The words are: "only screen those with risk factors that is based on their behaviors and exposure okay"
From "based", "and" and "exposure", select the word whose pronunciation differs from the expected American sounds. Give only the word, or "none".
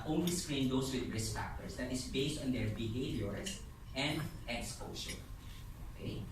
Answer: exposure